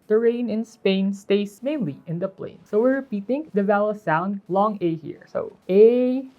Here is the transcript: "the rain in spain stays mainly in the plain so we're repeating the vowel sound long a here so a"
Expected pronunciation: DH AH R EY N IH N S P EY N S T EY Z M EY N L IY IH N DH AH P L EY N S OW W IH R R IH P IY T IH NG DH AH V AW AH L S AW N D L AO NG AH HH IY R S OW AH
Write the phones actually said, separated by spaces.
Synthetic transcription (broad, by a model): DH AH R EY N IH N S P EY N S T EY S M EY N L IY IH N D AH P L EY N S OW W IH R R IH P IY T IH NG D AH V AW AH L S AW N D L AO NG AH HH IY R S OW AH